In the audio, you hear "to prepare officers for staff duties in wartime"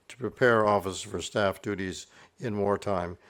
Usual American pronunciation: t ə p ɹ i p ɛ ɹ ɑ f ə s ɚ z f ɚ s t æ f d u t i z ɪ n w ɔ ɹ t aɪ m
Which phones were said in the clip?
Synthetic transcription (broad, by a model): t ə p ɹ i p ɛ ɹ ɑ f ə s f ɚ s t æ f d u t i z ɪ n w ɔ ɹ t aɪ m